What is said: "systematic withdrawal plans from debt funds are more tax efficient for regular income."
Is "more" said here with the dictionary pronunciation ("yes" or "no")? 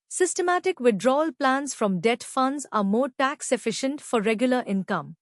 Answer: yes